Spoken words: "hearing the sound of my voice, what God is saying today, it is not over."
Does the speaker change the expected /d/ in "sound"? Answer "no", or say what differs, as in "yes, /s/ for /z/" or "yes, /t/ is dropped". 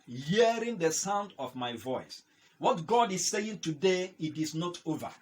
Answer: no